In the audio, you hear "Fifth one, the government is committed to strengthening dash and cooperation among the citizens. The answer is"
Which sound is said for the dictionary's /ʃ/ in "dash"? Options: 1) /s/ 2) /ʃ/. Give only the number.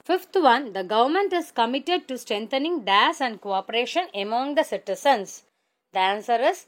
1